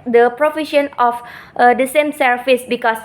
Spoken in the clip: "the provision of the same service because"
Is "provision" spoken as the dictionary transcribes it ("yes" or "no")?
no